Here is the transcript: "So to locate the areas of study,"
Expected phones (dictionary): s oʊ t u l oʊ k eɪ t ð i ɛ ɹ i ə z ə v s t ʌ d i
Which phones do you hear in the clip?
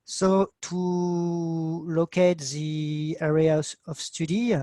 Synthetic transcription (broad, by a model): s oʊ t u l oʊ k eɪ t ð i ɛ ɹ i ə ə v s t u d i